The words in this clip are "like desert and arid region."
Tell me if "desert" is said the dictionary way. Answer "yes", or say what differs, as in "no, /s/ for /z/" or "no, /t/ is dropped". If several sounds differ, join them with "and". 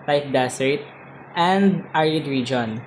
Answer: no, /s/ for /z/